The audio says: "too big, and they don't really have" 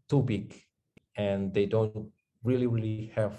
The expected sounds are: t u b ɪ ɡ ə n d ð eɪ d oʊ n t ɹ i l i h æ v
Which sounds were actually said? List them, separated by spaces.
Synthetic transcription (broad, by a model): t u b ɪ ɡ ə n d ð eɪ d oʊ n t ɹ i l i h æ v